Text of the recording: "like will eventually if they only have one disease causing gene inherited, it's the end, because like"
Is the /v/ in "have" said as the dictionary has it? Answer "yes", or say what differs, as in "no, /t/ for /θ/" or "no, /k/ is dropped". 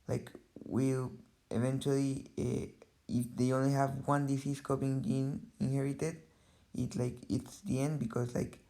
yes